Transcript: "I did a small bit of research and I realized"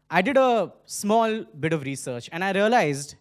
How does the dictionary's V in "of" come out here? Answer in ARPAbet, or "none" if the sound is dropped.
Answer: V